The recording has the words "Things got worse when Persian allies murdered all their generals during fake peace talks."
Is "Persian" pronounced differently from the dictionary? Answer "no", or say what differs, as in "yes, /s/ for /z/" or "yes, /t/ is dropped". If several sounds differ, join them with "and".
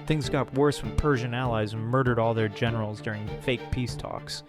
no